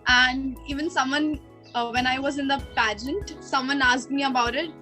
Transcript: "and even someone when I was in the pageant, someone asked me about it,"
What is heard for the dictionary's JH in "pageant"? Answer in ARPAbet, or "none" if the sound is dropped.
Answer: JH